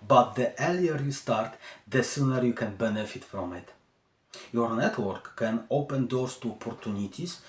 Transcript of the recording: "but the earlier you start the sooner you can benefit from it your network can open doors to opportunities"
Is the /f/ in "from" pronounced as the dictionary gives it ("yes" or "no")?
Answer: no